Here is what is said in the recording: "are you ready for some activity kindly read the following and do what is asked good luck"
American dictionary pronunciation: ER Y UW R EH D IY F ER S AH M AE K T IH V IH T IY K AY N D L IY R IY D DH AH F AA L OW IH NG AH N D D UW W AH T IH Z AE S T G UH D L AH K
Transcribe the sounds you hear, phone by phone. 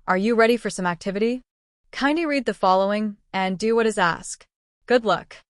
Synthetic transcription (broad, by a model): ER Y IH R EH D IY F ER S AH M AE K T IH V IH T IY K AY N D IY R IY D DH AH F AA L OW IH NG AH N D D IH W AH T IH Z AE S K G UH D L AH K